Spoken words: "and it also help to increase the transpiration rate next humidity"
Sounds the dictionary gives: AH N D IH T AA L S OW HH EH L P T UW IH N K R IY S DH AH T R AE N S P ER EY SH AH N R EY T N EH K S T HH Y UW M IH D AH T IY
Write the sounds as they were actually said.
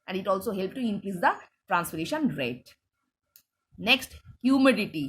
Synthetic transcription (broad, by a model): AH N D IH T AA L S OW HH EH L P T UW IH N K R IY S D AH T R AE N S F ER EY SH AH N R EY T N EH K S T HH Y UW M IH D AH T IY